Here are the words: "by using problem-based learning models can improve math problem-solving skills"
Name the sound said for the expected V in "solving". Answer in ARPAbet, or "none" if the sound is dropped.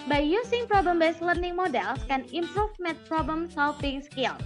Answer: F